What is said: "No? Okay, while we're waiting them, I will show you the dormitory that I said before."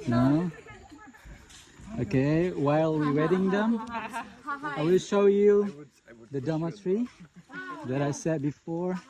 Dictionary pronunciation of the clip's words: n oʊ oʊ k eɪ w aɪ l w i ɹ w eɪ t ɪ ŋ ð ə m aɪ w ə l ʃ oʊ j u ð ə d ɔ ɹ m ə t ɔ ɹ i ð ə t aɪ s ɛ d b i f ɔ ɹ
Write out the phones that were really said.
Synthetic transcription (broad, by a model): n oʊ oʊ k eɪ w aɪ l w i ɹ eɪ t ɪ ŋ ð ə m aɪ w ə l ʃ oʊ j u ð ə d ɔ m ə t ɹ i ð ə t aɪ s ɛ d b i f ɔ ɹ